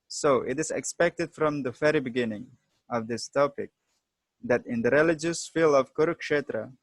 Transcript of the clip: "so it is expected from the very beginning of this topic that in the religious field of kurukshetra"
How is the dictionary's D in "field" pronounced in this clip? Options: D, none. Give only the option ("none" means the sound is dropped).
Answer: none